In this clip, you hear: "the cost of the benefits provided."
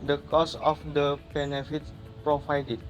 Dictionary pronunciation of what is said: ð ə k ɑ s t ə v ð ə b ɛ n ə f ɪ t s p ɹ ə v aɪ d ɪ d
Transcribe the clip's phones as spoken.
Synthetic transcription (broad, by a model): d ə k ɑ s ə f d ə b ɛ n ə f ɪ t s p ɹ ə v aɪ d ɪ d